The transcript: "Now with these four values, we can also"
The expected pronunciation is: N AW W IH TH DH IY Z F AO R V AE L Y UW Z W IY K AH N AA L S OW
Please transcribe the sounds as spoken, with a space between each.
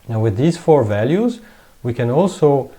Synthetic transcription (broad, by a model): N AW W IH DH IY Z F AO R V AE L Y UW Z W IY K AH N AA L S OW